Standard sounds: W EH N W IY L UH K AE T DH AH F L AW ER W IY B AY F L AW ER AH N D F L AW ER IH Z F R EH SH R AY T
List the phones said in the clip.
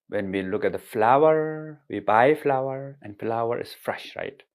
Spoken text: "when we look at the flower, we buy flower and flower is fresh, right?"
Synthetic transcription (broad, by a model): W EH N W IY L UH K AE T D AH F L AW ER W IY B AY F L AW ER AH N D F L AW ER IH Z F R EH SH R AY T